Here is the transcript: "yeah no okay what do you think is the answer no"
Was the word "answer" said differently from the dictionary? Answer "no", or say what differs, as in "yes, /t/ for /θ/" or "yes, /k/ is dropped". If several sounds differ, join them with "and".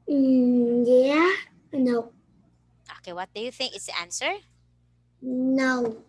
no